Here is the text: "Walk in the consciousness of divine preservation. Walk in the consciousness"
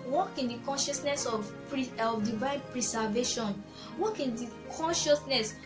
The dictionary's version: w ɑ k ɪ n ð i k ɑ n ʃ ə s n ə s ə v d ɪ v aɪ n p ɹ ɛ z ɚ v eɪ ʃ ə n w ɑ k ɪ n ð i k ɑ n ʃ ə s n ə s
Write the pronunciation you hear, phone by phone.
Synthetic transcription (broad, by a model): w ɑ k ɪ n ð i k ɑ n ʃ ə s n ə s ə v d ɪ v aɪ n p ɹ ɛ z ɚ v eɪ ʃ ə n w ɑ k ɪ n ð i k ɑ n ʃ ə s n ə s